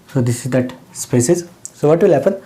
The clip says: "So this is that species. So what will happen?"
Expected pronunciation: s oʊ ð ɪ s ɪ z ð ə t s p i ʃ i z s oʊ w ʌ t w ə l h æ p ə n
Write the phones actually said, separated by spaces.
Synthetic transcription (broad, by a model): s oʊ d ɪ s ɪ z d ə t s p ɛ s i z s oʊ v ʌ t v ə l h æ p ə n